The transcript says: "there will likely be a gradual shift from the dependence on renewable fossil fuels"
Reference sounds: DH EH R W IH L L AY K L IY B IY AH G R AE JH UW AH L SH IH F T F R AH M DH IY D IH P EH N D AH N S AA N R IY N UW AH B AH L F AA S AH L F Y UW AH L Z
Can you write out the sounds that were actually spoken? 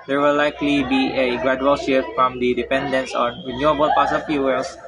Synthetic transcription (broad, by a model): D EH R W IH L L AY K L IY B IY AH G R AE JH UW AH L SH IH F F R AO M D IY D IH P EH N D AH N S AA N R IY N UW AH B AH L P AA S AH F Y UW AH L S